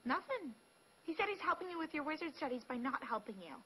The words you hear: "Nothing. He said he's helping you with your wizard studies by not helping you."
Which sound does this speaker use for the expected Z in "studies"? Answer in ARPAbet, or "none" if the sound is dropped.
Z